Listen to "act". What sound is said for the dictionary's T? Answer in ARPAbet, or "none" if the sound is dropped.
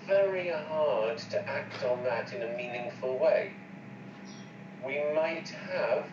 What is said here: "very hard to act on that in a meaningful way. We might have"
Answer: T